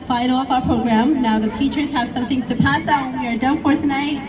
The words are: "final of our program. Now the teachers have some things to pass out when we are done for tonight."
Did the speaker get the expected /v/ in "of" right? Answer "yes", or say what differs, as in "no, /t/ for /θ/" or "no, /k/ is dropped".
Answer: no, /f/ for /v/